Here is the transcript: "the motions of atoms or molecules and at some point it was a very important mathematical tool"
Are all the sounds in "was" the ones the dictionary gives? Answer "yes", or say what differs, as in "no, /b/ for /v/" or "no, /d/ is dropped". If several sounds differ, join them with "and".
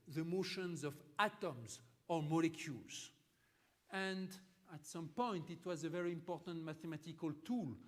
yes